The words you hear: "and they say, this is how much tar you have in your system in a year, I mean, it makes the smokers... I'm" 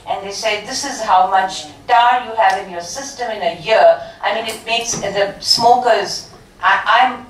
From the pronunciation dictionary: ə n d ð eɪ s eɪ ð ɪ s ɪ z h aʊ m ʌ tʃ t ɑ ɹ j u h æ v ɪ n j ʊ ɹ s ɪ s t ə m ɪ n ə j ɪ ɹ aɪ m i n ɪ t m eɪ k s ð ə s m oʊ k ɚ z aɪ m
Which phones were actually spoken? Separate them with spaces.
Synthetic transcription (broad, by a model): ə n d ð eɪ s eɪ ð ɪ s ɪ z h aʊ m ʌ tʃ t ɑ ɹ j u h æ v ɪ n j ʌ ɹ s ɪ s t ə m ɪ n ə j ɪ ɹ aɪ m i n ɪ t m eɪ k s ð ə s m oʊ k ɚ z aɪ m